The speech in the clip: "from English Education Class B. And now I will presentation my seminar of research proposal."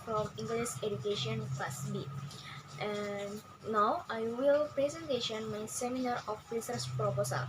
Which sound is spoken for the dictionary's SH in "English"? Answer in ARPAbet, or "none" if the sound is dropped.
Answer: S